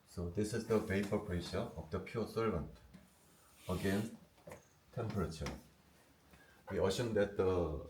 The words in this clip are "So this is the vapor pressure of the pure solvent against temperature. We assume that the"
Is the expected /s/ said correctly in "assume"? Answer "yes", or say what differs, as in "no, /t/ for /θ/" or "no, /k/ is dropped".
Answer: no, /ʃ/ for /s/